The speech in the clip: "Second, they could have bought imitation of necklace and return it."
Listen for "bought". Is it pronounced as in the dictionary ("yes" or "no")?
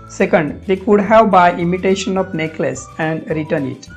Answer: no